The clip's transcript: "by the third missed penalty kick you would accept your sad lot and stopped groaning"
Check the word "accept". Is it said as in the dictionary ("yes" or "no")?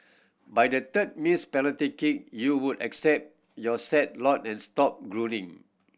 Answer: yes